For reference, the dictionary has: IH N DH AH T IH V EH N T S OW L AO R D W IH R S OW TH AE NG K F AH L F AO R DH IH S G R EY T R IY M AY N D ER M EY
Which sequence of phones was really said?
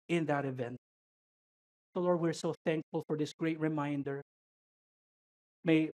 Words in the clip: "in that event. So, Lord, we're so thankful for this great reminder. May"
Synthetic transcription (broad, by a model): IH N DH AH T IH V EH N T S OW L AO R D W IH R S OW TH AE NG K F AH L F AO R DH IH S G R EY T R IY M AY N D ER M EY